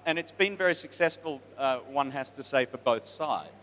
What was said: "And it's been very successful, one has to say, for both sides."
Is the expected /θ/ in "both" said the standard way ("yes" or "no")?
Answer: yes